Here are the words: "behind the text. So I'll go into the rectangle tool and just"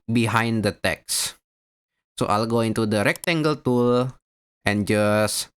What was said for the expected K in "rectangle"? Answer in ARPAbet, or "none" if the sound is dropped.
K